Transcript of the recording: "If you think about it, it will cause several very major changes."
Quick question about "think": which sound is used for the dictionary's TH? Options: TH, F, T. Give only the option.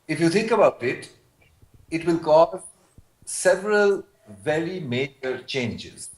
T